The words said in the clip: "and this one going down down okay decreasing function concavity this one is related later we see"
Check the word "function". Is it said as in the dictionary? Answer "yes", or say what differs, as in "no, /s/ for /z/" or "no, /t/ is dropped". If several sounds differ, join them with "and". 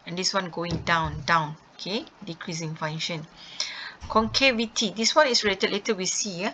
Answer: no, /k/ is dropped